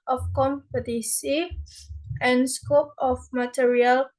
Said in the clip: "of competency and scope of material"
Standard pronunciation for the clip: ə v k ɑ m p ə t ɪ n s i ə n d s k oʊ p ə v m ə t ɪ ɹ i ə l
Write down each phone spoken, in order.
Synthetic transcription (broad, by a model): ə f k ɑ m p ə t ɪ s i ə n s k oʊ p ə f m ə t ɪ ɹ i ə l